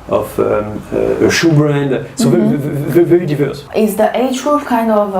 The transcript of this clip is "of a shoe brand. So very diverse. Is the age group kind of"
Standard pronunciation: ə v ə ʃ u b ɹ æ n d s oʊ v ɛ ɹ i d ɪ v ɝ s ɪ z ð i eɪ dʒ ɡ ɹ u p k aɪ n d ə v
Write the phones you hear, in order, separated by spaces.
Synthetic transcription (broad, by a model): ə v ə ʃ u b ɹ æ n d s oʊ v ɛ ɹ i d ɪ v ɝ s ɪ z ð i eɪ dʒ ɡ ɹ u f k aɪ n d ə v